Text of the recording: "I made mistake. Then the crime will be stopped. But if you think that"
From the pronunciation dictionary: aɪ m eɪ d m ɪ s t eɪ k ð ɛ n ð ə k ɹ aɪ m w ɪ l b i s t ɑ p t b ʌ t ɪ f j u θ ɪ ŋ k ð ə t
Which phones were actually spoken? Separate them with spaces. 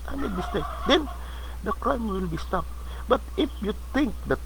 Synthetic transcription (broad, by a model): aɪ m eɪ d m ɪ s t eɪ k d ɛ n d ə k ɹ aɪ m w ɪ l b i s t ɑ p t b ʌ t ɪ f j u t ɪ ŋ k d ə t